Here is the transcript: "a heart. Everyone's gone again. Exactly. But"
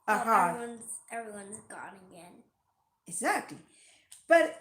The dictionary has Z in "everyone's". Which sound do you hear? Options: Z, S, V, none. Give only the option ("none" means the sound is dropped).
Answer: Z